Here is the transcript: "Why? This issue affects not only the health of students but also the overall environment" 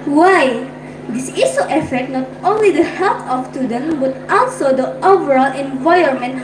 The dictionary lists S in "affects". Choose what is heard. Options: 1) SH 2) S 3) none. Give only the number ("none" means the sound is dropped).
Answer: 3